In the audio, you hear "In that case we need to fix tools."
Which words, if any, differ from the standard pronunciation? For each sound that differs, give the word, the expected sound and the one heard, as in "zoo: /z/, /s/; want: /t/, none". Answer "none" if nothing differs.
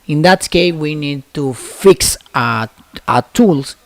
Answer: case: /s/, none